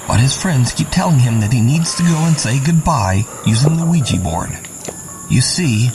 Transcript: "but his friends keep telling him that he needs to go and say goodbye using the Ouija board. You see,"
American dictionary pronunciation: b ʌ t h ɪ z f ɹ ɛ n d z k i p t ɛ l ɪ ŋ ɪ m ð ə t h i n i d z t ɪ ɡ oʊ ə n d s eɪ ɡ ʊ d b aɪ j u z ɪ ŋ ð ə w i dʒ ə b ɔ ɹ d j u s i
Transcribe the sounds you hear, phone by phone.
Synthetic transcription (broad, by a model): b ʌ t h ɪ z f ɹ ɛ n d z k i p t ɛ l ɪ ŋ ɪ m ð ə t h i n i d z t ɪ ɡ oʊ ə n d s eɪ ɡ ʊ d b aɪ j u z ɪ ŋ ð ə w i dʒ ə b ɔ ɹ d j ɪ s i